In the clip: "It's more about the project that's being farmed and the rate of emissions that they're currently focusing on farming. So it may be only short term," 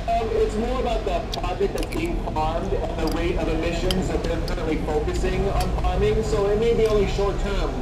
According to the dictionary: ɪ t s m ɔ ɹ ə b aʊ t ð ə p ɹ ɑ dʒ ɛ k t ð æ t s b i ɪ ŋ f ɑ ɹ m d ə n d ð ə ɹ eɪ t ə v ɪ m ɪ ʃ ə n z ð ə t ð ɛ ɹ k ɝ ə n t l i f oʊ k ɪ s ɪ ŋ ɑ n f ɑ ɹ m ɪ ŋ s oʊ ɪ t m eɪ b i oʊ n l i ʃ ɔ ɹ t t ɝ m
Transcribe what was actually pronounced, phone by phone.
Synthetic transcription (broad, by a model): ɪ t s m ɔ ɹ ə b aʊ t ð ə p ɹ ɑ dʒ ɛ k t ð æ t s b i ɪ ŋ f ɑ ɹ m d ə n ð ə w eɪ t ə v ɪ m ɪ ʃ ə n z ð ə t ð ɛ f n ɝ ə t l i f oʊ k ɪ s ɪ ŋ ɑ n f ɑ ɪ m ɪ ŋ s oʊ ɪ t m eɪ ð i oʊ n l i ʃ ɔ ɹ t t ɝ m